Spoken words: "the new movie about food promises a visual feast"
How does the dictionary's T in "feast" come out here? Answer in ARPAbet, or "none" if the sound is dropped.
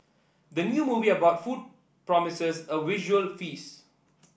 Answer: none